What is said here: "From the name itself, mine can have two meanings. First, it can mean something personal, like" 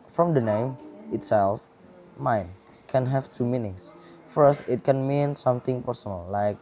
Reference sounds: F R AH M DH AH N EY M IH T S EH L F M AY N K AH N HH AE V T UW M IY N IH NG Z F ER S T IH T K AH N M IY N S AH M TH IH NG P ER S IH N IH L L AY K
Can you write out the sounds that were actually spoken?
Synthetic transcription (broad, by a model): F R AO M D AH N EY M IH T S EH L F M AY N K AH N HH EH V T UW M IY N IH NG S F ER S T IH T K AH N M IY N S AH M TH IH NG P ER S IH N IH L L AY K